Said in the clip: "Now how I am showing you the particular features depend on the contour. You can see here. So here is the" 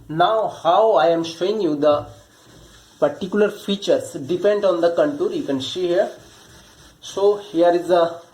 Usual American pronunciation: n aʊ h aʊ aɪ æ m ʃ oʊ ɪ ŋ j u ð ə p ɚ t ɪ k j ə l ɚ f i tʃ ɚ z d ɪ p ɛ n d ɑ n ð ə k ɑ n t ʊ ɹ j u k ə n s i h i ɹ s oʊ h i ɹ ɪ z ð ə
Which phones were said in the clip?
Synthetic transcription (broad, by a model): n aʊ h aʊ aɪ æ m ʃ oʊ ɪ ŋ j u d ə p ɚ t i k j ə l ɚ f i tʃ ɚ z d ɪ p ɛ n d ɑ n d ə k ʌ n t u ɹ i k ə n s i h i ɹ s oʊ h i ɹ ɪ z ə